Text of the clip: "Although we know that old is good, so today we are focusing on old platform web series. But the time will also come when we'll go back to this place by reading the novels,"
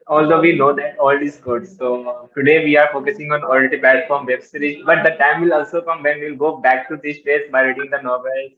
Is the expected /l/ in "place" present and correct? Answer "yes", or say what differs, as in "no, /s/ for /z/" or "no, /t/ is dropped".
no, /l/ is dropped